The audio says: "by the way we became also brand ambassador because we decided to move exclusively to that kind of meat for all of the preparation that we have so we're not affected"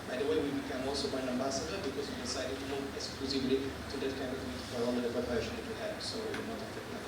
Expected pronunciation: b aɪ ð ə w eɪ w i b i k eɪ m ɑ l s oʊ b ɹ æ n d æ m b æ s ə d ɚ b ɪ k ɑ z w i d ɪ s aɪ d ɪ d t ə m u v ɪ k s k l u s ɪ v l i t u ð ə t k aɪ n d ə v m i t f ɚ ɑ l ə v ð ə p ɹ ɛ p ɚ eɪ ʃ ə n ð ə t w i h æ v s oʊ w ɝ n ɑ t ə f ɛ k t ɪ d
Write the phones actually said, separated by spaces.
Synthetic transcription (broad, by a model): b aɪ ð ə w eɪ w i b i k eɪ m ɑ l s oʊ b ɑ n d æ m b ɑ s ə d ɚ b ɪ k ɑ z w i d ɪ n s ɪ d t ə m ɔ ɪ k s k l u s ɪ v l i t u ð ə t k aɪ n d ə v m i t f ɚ ɑ l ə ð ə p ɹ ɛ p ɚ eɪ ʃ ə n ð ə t w i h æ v s oʊ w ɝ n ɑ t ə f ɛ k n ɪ